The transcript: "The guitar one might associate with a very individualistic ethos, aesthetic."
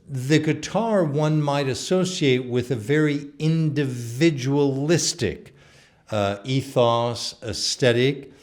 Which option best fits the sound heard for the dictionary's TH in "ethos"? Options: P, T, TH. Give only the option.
TH